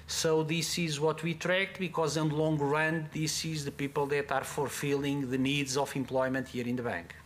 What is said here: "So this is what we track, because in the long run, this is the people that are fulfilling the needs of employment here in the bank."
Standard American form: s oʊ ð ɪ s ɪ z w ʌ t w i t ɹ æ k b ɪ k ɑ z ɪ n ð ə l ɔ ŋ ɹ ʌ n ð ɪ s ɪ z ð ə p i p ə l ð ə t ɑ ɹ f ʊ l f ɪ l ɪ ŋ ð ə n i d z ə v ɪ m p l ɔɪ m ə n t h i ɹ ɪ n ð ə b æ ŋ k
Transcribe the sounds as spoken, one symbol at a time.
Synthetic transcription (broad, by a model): s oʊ ð ɪ s ɪ z w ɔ t w i t ɹ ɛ k b ɪ k ɑ z ɪ n l ɔ ŋ ɹ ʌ n ð ɪ s ɪ z ð ə p i p ə l ð ə t ɑ ɹ f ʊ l f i l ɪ ŋ ð ə n i d z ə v ɪ m p l ɔɪ m ə n t h i ɹ ɪ n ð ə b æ ŋ k